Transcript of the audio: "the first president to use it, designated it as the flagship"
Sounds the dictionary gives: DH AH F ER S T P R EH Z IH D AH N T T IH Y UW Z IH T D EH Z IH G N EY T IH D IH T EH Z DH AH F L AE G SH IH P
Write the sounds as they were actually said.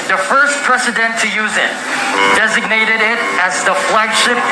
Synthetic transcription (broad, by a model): DH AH F ER S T P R EH S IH D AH N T T IH Y UW Z IH T D EH Z IH G N EY T IH D IH T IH Z DH AH F L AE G SH IH P